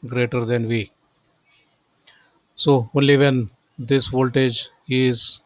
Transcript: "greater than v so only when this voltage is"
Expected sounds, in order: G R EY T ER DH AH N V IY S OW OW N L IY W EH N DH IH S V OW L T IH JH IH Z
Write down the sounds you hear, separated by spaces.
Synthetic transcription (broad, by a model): G R EY T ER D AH N V IY S OW OW N L IY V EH N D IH S V OW L T IH JH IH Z